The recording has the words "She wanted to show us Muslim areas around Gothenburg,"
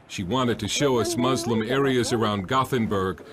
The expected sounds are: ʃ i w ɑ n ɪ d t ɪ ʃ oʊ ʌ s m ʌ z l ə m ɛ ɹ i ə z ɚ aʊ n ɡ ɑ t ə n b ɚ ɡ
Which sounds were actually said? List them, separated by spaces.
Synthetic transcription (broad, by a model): ʃ i w ɑ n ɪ d t ɪ ʃ oʊ ʌ s m ʌ z l ə m ɛ ɹ i ə z ɚ aʊ n ɡ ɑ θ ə n b ɚ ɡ